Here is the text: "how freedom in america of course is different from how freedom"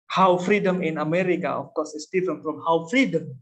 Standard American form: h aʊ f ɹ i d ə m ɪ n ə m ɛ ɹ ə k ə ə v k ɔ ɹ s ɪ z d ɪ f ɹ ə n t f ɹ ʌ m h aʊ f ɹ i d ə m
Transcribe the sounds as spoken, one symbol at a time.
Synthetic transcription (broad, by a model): h aʊ f ɹ i d ə m ɪ n ə m ɛ ɹ ə k ə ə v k ɔ s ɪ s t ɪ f ə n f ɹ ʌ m h aʊ f ɹ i d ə m